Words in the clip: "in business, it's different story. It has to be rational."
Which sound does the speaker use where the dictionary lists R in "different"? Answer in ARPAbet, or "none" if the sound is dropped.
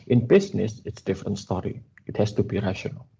R